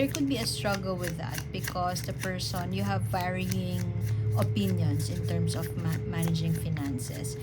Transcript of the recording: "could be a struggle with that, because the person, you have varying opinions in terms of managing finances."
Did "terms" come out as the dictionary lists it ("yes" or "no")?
no